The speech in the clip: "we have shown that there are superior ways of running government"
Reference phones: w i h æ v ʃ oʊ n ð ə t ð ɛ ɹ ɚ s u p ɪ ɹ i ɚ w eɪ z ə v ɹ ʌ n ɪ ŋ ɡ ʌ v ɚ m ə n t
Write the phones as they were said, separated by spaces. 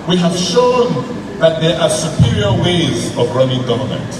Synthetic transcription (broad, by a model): w i h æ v ʃ oʊ n ð ə t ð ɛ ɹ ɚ s u p ɪ ɹ i ɚ w eɪ z ə v ɹ ʌ n ɪ ŋ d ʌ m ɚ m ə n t